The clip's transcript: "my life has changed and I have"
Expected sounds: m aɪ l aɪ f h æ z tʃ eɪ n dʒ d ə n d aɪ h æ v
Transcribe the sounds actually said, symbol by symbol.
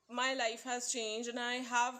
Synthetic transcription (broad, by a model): m aɪ l aɪ f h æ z tʃ eɪ n dʒ ə n aɪ h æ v